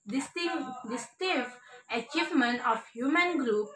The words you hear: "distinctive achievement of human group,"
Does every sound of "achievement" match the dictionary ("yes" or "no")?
yes